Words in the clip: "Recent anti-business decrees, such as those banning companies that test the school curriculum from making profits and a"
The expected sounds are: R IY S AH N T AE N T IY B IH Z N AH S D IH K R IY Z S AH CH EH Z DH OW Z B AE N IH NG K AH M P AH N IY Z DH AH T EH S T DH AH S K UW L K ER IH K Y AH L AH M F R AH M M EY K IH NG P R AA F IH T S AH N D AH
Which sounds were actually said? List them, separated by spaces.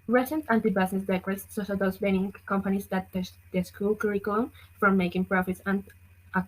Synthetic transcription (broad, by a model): R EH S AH N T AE N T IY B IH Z N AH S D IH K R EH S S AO SH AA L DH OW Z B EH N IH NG K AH M P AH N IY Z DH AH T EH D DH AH S K UW L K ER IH K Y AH L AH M F R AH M M EY K IH NG P R AA F IH T S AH N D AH